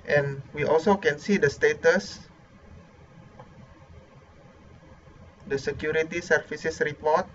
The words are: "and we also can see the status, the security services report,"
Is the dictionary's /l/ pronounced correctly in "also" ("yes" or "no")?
yes